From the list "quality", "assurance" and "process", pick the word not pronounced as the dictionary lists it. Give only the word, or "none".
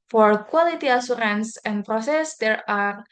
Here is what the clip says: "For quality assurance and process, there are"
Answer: assurance